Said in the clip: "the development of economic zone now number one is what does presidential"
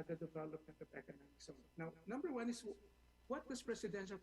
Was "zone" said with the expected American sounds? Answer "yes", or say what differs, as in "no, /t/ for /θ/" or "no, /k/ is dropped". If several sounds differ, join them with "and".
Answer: no, /s/ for /z/